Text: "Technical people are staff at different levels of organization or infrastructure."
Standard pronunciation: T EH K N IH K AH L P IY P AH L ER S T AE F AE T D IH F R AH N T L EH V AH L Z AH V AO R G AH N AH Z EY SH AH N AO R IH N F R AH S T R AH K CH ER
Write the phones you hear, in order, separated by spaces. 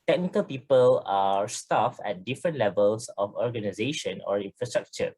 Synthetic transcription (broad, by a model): T EH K N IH K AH L P IY P AH L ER S T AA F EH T D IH F R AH N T L EH V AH L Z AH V AO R G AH N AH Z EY SH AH N AO R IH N F R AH S T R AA K CH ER